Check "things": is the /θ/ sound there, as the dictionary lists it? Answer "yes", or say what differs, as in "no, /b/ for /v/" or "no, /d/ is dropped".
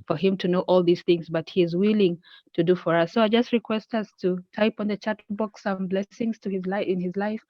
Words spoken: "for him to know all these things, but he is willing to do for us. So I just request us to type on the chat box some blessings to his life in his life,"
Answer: yes